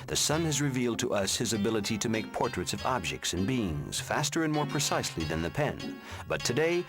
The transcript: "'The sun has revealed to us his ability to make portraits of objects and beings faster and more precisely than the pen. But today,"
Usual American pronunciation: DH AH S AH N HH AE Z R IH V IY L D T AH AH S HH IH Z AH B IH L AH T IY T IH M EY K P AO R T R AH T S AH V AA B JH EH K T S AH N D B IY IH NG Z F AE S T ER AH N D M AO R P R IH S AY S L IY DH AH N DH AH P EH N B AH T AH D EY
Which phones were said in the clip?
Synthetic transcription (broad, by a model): DH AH S AH N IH Z R IH V IY L D T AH AH S HH IH Z AH B IH L AH T IY T IH M EY K P AO R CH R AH T S AH V AA B JH EH K T S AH N B IY IH NG Z F AE S T ER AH N M AO R P R IH S AY S L IY DH AH N DH AH P EH N B AH T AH D EY